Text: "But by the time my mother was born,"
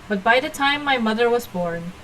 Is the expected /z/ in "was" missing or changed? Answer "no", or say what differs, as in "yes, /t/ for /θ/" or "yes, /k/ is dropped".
no